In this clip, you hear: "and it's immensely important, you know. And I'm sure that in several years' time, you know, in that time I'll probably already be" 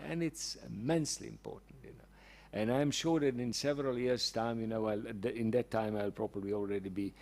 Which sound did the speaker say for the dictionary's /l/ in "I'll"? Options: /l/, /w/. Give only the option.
/l/